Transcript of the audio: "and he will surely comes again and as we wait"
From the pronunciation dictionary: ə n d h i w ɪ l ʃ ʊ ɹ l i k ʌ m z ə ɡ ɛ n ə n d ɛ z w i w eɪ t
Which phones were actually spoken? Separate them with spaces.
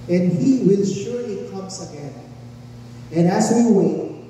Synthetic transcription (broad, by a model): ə n d h i w ɪ l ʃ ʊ ɹ i k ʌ m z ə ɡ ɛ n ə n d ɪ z w i w eɪ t